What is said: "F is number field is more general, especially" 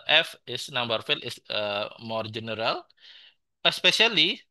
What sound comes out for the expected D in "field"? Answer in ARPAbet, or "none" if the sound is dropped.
none